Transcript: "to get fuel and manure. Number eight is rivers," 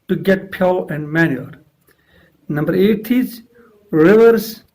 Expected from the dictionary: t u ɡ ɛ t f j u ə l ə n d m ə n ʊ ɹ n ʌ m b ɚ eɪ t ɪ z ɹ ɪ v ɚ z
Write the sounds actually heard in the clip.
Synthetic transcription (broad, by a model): t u ɡ ɛ t p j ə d ə n d m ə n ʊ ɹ n ʌ m b ɚ eɪ t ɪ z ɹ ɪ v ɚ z